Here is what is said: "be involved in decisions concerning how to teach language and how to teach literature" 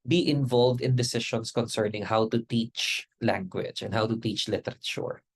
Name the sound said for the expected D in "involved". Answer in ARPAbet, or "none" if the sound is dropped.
D